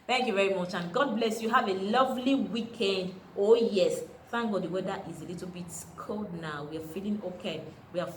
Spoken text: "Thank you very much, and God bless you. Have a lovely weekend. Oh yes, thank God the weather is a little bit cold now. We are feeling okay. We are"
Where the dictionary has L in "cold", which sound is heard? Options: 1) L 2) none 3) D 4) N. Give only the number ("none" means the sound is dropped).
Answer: 1